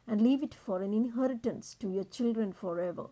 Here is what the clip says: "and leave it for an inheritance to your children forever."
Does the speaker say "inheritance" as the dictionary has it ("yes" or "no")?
yes